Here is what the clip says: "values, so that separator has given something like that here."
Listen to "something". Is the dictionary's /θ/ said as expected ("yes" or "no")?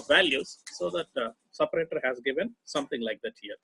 no